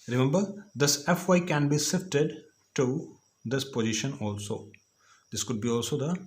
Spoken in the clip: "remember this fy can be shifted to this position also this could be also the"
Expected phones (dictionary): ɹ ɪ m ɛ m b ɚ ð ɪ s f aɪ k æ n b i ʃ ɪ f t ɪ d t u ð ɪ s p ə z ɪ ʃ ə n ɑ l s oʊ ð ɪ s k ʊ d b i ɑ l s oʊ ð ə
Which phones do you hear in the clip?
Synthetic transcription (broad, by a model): ɹ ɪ m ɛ m b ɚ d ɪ s f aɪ k æ n b i s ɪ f t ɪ d t u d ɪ s p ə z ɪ ʃ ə n ɑ l s oʊ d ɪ s k ʊ d b i ɑ l s oʊ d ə